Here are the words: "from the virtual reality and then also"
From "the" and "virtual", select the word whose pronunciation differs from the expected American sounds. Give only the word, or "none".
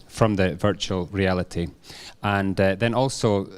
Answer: none